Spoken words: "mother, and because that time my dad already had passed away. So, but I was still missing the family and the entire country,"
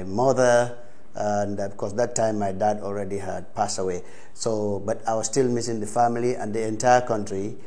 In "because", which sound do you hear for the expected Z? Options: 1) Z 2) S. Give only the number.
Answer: 2